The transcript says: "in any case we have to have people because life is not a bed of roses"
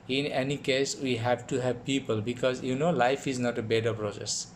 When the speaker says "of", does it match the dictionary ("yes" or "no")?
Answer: no